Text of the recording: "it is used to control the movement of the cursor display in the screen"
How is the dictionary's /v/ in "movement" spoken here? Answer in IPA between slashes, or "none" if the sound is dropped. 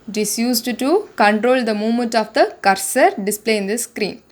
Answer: none